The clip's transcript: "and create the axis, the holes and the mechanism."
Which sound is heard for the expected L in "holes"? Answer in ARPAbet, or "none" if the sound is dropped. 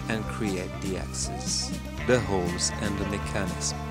L